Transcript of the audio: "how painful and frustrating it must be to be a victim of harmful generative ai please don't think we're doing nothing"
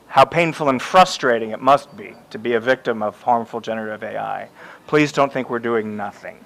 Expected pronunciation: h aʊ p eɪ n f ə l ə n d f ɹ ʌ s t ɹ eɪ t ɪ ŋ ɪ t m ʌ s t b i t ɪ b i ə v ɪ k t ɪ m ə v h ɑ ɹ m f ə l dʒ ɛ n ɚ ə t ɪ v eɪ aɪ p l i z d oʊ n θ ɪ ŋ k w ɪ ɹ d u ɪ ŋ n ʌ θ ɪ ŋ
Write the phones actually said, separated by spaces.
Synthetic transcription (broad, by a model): h aʊ p eɪ n f l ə n f ɹ ʌ s t ɹ eɪ t ɪ ŋ ɪ t m ʌ s t b i t ɪ b i ə v ɪ k t ɪ m ə v h ɑ ɹ m f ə l dʒ ɛ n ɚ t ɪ v eɪ aɪ p l i z d oʊ n θ ɪ ŋ k w ɪ ɹ d u ɪ ŋ n ʌ θ ɪ ŋ